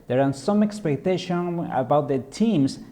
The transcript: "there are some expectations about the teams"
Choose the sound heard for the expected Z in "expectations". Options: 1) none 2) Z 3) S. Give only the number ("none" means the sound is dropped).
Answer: 1